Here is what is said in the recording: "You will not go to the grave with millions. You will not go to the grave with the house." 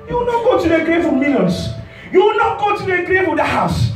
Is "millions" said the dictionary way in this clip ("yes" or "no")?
no